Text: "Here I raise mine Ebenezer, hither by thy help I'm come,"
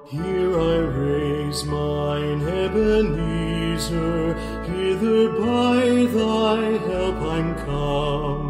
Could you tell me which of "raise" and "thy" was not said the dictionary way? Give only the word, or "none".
none